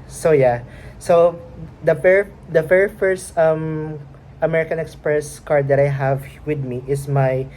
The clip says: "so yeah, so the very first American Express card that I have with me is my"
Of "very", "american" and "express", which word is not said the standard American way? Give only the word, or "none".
very